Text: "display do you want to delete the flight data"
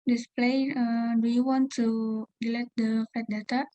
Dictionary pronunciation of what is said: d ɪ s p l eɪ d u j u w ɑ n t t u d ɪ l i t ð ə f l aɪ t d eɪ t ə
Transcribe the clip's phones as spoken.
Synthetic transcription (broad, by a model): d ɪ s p l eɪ d u j u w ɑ n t t u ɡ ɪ l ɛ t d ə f aɪ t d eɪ t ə